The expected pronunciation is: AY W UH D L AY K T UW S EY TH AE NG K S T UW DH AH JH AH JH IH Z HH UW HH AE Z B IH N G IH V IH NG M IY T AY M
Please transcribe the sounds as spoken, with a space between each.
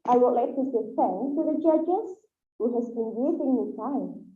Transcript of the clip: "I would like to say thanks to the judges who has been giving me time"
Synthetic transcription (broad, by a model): AY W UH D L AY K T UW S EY F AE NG T UW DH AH JH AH JH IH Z HH UW HH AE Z B IH N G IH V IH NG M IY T AY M